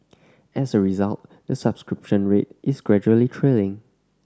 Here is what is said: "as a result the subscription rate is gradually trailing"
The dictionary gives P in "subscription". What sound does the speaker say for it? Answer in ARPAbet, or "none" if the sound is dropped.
P